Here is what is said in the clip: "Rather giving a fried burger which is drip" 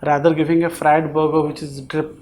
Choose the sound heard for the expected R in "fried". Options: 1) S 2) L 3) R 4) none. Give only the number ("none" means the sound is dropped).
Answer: 3